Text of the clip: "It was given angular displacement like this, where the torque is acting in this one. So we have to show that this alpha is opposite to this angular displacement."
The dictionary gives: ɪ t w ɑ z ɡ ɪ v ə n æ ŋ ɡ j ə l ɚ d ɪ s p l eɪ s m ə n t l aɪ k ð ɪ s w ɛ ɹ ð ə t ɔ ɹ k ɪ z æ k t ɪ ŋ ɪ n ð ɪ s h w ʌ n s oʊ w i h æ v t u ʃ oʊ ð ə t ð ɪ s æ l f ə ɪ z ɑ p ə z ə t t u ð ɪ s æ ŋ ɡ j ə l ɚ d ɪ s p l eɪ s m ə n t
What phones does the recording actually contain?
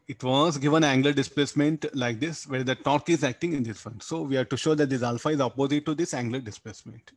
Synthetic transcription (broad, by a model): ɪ t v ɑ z ɡ ɪ v ə n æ ŋ ɡ l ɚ d ɪ s p l eɪ s m ə n t l aɪ k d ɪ s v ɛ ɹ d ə t ɔ ɹ k ɪ z æ k t ɪ ŋ ɪ n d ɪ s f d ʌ n s oʊ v i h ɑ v t u ʃ oʊ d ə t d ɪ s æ l f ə ɪ z ɑ p ə z ə t t u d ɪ s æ ŋ ɡ l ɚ d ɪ s p l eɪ s m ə n t